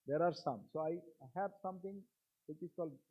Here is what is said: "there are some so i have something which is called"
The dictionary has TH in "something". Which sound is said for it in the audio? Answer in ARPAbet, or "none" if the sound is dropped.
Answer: T